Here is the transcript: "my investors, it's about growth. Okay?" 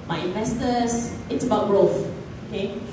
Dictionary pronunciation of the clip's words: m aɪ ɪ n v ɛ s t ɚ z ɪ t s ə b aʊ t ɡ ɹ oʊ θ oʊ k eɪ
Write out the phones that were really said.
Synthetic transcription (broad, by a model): m aɪ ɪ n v ɛ s t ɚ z ɪ t s ə b aʊ t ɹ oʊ f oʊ k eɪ